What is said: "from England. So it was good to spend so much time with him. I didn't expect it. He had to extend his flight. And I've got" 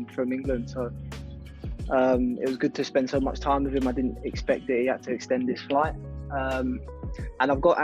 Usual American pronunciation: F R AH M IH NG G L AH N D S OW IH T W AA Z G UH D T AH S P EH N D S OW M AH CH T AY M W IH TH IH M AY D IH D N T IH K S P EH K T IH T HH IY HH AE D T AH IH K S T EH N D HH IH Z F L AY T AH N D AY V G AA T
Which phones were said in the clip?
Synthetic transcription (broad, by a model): F R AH M IH NG G L AH N D S OW IH T W AA Z G UH D T AH S P EH N D S OW M AH CH T AY M W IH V IH M AY D IH D N T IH K S P EH K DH IH T HH IY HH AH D T AH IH K S T EH N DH IH S F L AY T AH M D AY V G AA T